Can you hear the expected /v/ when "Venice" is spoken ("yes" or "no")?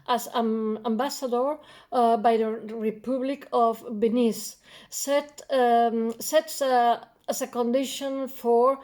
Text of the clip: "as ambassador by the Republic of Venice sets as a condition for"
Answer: no